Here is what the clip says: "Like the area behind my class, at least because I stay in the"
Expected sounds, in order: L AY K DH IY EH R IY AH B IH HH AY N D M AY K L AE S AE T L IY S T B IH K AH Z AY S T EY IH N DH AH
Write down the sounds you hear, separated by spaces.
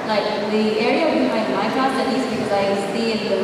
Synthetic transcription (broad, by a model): L AY K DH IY EH R IY AH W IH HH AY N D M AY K AE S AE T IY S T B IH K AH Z AY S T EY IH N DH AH